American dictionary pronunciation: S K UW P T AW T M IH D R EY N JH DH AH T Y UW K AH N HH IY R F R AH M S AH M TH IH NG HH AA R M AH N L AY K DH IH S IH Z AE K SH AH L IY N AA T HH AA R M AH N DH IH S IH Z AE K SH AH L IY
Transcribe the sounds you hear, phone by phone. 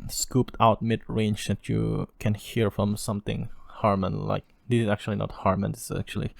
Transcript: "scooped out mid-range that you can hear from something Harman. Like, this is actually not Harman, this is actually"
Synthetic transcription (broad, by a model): S K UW P T AW T M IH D R EY N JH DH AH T Y UW K AH N HH IY R F R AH M S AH M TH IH NG HH AA R M AH N L AY K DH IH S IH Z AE K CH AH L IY N AA T HH AA R M AH N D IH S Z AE K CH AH L IY